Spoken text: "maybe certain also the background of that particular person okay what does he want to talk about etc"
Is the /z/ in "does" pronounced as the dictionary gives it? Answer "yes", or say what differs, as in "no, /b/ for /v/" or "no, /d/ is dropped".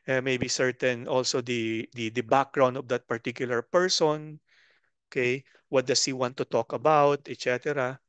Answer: no, /s/ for /z/